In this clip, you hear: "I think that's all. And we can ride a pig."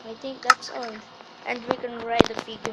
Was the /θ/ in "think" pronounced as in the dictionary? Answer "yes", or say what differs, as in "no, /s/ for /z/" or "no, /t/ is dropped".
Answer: no, /t/ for /θ/